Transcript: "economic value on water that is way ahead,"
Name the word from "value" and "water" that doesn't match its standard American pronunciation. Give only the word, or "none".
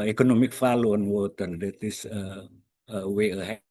value